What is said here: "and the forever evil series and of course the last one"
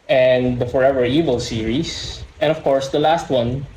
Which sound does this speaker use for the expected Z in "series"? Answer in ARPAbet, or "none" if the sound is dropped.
S